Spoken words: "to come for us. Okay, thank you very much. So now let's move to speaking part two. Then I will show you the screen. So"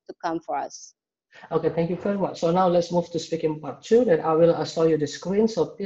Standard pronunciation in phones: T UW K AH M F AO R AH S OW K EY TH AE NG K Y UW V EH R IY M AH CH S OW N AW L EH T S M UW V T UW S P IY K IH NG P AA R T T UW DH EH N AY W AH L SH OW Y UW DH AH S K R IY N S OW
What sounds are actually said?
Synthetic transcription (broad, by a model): T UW K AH M F AO R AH S OW K EY T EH NG K Y UW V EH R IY M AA CH S OW N AW L EH T S M UW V T UW S P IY K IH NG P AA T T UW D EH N AY W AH L S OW Y UW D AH S K R IY N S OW